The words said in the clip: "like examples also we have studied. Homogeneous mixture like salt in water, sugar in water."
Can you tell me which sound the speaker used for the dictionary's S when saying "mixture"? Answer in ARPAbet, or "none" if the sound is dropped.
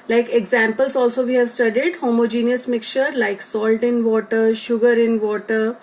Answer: none